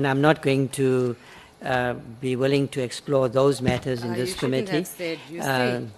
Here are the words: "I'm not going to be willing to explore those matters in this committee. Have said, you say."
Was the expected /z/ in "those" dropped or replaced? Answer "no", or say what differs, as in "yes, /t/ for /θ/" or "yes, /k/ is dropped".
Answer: no